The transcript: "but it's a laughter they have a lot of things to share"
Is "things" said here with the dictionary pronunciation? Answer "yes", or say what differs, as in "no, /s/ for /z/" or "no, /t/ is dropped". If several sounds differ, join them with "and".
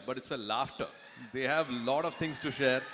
no, /t/ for /θ/